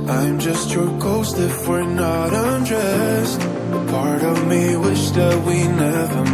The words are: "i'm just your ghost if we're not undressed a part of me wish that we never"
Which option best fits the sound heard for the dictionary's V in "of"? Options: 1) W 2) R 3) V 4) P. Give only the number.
3